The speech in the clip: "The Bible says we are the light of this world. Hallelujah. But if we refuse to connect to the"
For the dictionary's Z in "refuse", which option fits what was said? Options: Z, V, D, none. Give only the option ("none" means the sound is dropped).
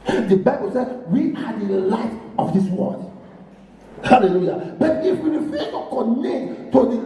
none